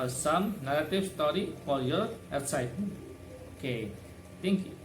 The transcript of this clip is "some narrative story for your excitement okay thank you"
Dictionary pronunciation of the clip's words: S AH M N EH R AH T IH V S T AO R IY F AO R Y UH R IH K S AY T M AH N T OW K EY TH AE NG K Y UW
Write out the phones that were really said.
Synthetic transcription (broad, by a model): S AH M N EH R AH T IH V S T AO R IY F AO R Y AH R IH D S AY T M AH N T OW K EY T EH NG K Y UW